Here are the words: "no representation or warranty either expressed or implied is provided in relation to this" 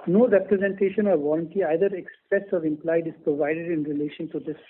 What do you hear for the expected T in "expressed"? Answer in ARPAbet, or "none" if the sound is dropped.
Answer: none